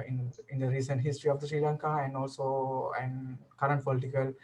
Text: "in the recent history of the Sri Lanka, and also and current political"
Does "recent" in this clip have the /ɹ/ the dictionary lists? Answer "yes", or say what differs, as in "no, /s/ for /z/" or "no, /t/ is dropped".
yes